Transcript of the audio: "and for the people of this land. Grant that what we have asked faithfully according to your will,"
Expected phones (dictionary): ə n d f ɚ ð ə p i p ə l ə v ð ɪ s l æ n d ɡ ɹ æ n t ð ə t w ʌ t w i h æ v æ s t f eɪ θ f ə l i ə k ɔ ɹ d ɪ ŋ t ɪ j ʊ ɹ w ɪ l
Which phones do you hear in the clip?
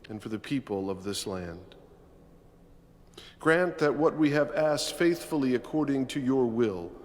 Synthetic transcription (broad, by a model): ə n f ɚ ð ə p i p ə l ə v ð ɪ s l æ n d ɡ ɹ æ n t ð ə t w ʌ t w i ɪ v æ s t f eɪ θ f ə l i ə k ɔ ɹ d ɪ ŋ t ɪ j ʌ ɹ w ɪ l